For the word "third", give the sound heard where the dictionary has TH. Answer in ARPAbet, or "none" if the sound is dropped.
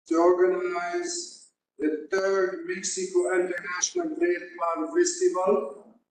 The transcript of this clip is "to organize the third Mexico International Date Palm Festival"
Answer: T